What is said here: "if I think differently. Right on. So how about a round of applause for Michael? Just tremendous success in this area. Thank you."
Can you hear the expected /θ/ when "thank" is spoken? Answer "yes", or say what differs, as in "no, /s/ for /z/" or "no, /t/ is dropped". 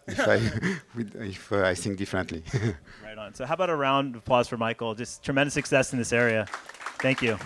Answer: yes